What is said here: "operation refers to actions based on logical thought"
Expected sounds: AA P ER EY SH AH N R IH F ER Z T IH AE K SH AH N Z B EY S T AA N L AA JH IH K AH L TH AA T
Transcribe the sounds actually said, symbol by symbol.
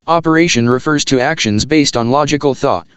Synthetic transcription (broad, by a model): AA P ER EY SH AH N R IH F ER Z T IH AE K SH AH N Z B EY S T N L AA JH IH K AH L TH AA T